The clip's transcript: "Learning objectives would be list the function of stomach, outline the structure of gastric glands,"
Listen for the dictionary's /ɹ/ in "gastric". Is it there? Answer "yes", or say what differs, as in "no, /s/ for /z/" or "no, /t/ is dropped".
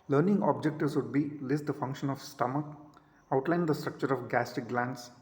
no, /ɹ/ is dropped